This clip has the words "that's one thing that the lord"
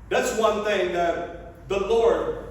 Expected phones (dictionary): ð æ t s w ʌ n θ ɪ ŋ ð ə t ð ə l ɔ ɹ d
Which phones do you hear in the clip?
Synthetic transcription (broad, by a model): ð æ t s w ʌ n θ ɪ ŋ ð ə t ð ə l ɔ ɹ d